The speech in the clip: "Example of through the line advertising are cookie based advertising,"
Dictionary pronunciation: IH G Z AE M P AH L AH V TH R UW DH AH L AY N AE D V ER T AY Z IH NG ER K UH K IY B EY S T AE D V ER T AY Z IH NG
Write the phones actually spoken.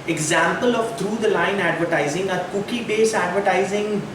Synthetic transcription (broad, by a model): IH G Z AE M P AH L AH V T R UW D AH L AY N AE D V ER T AY Z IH NG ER K UH K IY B EY S AE D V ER T AY Z IH NG